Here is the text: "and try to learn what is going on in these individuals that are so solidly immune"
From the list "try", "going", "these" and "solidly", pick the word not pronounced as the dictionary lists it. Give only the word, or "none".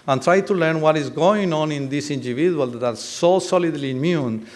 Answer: these